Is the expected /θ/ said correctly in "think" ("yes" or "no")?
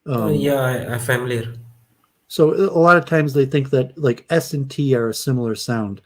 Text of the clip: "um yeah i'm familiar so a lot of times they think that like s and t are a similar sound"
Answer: yes